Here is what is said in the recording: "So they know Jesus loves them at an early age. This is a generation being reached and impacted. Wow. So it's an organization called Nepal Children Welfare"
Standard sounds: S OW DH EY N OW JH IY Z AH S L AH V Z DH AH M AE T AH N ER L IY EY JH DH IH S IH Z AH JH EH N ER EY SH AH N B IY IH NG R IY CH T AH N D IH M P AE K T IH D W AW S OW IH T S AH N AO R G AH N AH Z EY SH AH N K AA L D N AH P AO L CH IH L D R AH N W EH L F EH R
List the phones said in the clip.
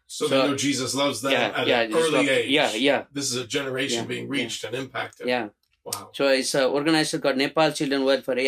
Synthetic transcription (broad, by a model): S OW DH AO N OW JH IY Z AH S L AH V Z DH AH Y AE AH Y ER L IY EY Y DH IH S IH Z AH JH EH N ER EY SH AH N B IY IH NG R IY CH T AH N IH M P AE K T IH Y W AW S OW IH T S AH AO R G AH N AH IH S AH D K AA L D N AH P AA L CH IH L D R AH N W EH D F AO R